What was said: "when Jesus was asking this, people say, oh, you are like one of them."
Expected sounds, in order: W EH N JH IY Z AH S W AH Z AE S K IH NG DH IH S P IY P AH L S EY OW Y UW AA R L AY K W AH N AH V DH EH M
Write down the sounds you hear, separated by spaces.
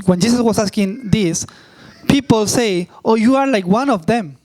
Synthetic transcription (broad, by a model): W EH N JH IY S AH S W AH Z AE S K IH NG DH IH S P IY P AH L S EY OW Y UW AA R L AY K W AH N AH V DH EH M